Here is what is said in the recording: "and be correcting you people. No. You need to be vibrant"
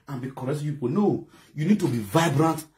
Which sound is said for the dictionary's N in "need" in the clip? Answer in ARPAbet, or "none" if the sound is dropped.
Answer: N